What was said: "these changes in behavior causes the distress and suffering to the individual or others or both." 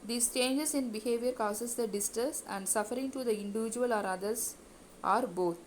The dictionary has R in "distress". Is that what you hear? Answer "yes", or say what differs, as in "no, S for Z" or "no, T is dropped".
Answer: no, R is dropped